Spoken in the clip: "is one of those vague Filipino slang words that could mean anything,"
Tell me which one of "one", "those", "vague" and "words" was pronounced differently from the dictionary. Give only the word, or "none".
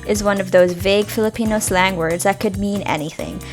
none